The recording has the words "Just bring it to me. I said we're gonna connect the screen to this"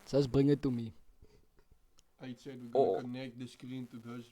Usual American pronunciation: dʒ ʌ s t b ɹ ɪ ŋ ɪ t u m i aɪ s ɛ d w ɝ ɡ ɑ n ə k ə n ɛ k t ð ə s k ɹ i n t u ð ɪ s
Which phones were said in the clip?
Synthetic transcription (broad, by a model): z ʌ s b ɹ ɪ ŋ ɪ t u m i aɪ s ɛ d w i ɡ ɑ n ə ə n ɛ k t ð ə s k ɹ i n t u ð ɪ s